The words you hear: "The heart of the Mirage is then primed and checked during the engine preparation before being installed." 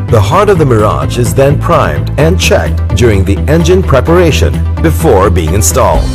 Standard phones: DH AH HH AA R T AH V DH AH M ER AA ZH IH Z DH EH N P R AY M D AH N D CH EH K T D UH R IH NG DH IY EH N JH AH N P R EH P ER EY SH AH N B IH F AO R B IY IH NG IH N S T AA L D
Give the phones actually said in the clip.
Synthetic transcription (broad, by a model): DH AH HH AA R T AH V DH AH M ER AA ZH IH Z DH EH N P R AY M D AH N CH EH K T D UH R IH NG DH IY EH N JH AH N P R EH P ER EY SH AH N B IH F AO R B IY IH NG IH N S T AA L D